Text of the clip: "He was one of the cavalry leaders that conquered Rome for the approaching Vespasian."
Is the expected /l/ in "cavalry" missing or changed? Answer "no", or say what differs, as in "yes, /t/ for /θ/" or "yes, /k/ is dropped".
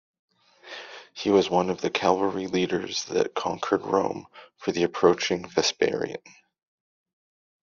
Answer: yes, /l/ is dropped